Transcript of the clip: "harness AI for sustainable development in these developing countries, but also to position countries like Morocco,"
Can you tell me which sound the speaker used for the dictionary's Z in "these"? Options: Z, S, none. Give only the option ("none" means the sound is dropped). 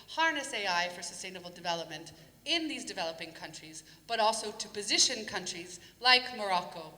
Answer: Z